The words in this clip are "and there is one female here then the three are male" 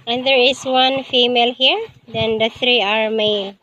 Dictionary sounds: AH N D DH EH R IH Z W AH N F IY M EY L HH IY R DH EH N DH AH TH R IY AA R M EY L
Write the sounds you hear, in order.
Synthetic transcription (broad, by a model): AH N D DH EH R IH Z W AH N F IY M EY L HH IY R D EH N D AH T R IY AA R M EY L